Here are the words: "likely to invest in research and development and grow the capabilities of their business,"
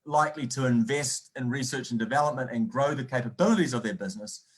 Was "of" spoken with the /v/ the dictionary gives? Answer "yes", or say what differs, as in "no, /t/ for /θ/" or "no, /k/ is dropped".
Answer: yes